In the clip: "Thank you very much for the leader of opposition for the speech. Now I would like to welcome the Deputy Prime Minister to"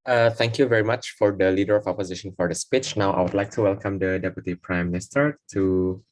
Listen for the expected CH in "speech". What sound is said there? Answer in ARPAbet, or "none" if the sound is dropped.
CH